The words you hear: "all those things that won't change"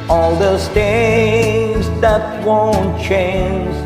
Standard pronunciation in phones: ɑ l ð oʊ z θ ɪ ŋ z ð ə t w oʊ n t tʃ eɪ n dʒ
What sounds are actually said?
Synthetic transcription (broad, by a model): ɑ l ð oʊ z t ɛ z ð ə t w oʊ n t tʃ eɪ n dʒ